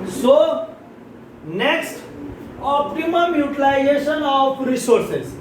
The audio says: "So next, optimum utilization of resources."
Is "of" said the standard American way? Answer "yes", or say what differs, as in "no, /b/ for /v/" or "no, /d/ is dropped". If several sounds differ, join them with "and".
no, /p/ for /v/